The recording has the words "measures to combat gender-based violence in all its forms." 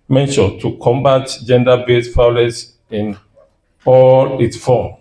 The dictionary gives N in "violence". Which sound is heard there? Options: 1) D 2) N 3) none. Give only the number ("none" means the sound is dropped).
3